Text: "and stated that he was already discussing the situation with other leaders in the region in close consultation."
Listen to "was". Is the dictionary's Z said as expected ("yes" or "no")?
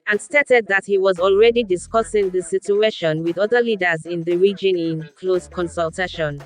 yes